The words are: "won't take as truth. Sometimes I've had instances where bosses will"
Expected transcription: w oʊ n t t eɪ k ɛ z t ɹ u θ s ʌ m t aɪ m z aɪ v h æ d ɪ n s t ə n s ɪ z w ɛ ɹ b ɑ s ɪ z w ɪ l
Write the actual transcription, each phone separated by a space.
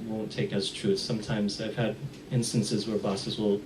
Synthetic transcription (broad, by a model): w oʊ n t t eɪ k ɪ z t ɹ u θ s ʌ m t aɪ m z aɪ v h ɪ d ɪ n s t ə n s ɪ z w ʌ ɹ b ɑ s ɪ z w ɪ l